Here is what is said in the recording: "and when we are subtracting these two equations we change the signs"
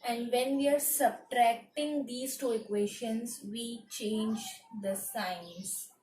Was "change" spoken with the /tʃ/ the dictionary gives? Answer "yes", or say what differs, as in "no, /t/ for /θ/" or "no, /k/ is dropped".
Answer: yes